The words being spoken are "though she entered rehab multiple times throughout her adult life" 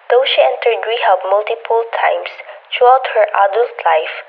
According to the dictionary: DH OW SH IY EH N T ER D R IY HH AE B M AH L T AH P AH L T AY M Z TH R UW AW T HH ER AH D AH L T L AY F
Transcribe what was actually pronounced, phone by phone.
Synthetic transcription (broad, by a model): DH OW SH IY EH N T ER D W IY HH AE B M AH L T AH P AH L T AY M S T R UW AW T HH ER AH D AH L T L AY F